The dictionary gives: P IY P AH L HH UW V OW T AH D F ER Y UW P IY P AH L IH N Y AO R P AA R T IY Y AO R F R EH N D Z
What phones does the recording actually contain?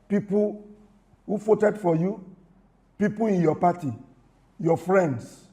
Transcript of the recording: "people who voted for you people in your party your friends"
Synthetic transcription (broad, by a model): P IY P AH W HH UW F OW T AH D F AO Y UW P IY P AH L IH N Y AO P AA T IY Y AO F R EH N D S